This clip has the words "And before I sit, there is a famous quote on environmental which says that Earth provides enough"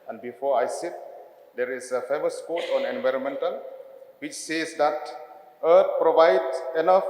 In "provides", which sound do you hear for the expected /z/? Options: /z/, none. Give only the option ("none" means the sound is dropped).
none